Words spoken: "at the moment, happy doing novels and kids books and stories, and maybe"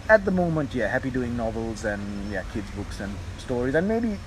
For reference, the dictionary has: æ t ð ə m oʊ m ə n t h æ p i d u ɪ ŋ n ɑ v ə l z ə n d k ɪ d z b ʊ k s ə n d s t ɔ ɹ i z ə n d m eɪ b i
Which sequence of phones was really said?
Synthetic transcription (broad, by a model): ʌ t ð ə m oʊ m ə n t h æ p i d u ɪ ŋ n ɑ v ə l z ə n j k ɪ d z b ʊ k s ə n s t ɔ ɹ i z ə n m eɪ b i